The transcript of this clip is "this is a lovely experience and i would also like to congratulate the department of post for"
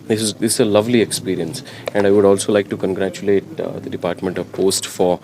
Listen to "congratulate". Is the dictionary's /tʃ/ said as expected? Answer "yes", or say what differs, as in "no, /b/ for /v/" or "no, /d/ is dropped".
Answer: yes